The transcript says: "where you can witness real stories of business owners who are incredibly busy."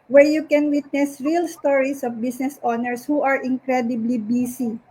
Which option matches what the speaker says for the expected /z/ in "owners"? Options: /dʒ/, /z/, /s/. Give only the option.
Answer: /s/